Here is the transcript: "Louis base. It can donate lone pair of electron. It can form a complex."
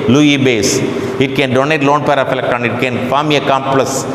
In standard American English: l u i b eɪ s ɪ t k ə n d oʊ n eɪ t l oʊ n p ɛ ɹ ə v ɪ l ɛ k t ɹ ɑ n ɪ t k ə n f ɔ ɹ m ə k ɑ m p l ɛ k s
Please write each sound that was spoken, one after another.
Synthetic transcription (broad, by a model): l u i b eɪ s ɪ t k ə n d oʊ n eɪ t l oʊ n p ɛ ɹ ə f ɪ l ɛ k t ɑ n ɪ t k ə n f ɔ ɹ m ə k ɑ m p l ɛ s